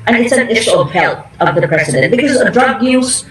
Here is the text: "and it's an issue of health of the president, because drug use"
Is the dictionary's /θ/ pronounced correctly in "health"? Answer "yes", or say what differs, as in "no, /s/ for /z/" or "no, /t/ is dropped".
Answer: no, /t/ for /θ/